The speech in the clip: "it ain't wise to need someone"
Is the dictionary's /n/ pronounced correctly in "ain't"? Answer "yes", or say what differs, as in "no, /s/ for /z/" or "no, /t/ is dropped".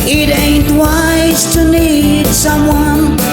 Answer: yes